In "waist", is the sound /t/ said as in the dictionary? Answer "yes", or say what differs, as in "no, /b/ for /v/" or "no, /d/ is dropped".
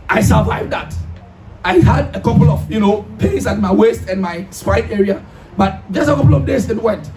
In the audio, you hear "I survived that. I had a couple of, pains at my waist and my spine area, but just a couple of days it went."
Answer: yes